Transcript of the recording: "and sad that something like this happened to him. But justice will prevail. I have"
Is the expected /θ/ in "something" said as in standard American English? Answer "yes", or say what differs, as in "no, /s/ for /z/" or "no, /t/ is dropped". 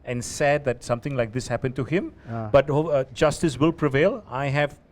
no, /t/ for /θ/